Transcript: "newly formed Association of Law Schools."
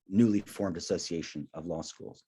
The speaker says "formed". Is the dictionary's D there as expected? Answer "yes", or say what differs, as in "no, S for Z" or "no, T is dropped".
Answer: yes